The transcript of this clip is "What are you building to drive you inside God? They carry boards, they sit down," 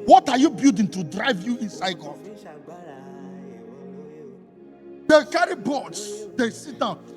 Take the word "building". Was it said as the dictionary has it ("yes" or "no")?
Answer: no